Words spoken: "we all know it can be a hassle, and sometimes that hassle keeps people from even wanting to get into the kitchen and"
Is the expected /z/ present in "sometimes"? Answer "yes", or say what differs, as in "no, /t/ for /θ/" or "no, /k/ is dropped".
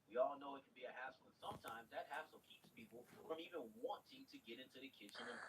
yes